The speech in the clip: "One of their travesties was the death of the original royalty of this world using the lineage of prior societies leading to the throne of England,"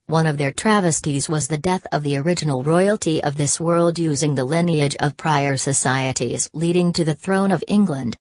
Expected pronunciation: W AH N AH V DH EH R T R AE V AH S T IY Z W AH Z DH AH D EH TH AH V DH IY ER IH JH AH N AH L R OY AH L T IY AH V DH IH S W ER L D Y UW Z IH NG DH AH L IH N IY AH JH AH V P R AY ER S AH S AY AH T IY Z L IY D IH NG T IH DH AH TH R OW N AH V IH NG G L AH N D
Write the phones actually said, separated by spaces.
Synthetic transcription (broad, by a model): W AH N AH V DH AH R T R AE V AH S T IY Z W AH Z DH AH D EH TH AH V DH IY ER IH JH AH N L R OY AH L T IY AH V DH IH S W ER L D Y UW Z IH NG DH AH L IH N IY AH JH AH V P R AY ER S AH S AY AH T IY Z L IY D IH NG T IH DH AH TH R OW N AH V IH NG G L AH N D